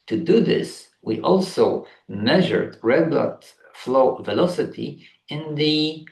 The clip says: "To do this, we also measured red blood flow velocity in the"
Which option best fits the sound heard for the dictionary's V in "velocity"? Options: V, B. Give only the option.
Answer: V